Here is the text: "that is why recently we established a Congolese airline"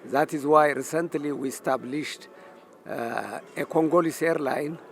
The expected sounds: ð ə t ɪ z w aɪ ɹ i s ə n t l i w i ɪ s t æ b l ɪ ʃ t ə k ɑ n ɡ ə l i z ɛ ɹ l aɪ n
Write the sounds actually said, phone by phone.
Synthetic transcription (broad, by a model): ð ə t ɪ z w aɪ ɹ i s ə n t l i w i s t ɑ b l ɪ ʃ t ə k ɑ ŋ ɡ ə l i s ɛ ɹ l aɪ n